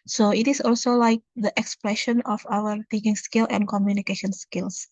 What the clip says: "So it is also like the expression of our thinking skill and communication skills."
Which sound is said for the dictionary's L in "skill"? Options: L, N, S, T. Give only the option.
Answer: L